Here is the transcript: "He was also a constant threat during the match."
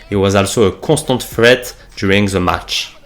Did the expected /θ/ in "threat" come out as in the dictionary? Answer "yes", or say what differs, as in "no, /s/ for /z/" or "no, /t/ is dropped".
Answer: no, /f/ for /θ/